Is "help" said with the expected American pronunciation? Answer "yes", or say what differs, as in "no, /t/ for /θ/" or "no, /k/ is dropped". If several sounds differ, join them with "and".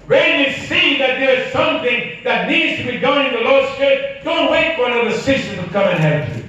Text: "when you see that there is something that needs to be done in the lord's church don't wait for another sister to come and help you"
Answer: no, /l/ is dropped